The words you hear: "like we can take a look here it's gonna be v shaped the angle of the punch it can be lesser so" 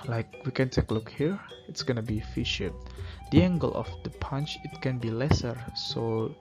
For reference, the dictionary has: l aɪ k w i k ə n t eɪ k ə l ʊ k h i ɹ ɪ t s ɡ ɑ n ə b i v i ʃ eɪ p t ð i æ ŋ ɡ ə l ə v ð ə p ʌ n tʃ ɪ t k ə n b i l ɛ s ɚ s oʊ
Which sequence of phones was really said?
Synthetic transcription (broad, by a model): l aɪ k w i k ə n t eɪ k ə l ʊ k h i ɹ ɪ t s ɡ ɑ n ə b i f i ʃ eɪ t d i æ ŋ ɡ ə l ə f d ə p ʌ n tʃ ɪ t k ə n b i l ɛ s ɚ s oʊ